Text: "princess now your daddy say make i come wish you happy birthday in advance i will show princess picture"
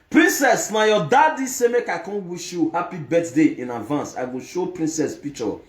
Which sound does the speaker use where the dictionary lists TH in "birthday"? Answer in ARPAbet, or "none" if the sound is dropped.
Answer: T